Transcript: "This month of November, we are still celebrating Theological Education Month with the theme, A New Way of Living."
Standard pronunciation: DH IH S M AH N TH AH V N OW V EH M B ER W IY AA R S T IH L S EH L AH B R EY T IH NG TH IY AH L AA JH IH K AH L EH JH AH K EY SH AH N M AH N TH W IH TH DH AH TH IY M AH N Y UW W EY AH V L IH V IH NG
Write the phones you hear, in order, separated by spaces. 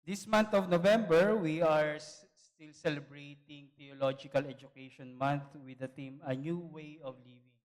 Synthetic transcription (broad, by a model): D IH S M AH N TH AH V N OW V EH M B ER W IY AA R S T IH L S EH L AH B R EY T IH NG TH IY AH L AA JH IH K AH L EH JH AH K EY SH AH N M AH N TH W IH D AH T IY M AH N Y UW W EY AH V L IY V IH NG